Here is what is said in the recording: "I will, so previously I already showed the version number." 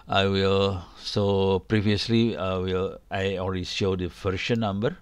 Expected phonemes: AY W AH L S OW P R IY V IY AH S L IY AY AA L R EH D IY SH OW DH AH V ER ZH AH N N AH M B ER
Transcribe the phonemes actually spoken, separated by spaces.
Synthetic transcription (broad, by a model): AY W AH L S OW P R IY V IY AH S L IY AY AA L R EH D IY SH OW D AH F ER SH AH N N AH M B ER